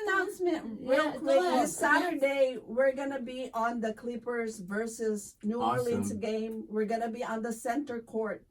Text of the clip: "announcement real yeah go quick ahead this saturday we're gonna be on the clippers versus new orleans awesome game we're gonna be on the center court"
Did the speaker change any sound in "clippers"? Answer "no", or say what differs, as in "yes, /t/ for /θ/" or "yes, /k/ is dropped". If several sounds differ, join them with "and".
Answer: no